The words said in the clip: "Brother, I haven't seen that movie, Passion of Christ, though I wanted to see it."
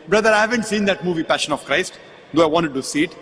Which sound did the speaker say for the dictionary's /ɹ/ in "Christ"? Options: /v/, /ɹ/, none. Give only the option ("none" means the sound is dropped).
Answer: /ɹ/